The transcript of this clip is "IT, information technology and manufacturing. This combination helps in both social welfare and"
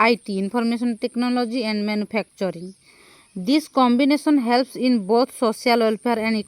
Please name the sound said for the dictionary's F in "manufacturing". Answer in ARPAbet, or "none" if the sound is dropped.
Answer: P